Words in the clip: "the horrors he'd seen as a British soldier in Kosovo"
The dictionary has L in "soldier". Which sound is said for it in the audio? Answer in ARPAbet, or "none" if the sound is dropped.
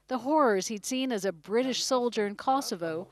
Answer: L